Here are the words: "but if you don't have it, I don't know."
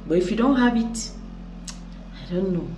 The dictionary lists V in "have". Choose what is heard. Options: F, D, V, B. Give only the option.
B